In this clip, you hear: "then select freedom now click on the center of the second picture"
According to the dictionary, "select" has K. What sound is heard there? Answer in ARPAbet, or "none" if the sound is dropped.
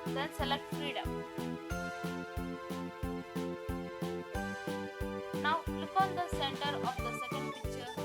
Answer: K